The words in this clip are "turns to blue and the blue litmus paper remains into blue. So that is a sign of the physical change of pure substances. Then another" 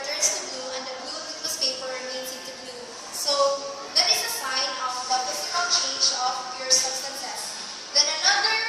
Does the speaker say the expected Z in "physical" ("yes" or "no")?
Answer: no